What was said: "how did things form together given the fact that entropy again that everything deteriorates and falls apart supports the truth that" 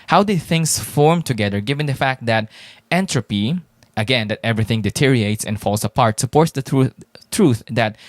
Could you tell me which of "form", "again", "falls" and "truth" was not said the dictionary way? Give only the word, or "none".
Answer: falls